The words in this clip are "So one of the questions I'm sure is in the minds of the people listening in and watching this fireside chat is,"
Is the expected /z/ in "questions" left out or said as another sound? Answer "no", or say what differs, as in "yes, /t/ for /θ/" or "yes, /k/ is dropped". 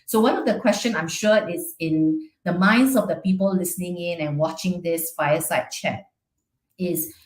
yes, /z/ is dropped